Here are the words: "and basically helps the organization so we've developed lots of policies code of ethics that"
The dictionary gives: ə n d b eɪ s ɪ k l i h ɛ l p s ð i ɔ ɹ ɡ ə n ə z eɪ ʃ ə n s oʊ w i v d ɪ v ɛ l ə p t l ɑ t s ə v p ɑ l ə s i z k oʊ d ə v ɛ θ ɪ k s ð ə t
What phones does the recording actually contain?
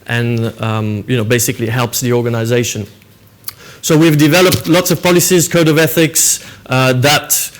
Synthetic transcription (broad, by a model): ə n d b eɪ s ɪ k l i h ɛ l p s ð i ɔ ɹ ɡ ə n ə z eɪ ʃ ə n s oʊ w i v d ɪ v ɛ l ə p t l ɑ t s ə v p ɑ l ə s i z k oʊ d ə v ɛ θ ɪ k s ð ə t